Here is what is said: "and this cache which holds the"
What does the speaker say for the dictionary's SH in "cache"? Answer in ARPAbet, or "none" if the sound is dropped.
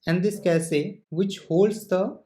S